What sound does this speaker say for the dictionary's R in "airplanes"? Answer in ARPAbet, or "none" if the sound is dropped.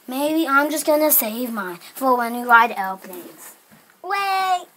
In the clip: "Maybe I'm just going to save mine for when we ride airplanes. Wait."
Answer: L